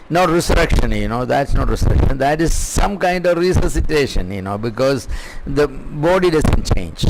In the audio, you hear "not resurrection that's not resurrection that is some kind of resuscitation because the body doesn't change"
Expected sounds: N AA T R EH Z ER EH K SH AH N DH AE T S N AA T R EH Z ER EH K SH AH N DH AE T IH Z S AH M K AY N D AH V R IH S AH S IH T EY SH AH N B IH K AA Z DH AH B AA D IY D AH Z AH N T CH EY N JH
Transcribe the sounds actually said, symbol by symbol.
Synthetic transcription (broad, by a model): N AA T R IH S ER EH K SH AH N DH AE T S N AA T R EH S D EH K SH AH N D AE T IH Z S AH M K AY N D AH V R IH S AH S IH T EY SH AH N B IH K AA Z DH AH B AA D IY D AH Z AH N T CH EY N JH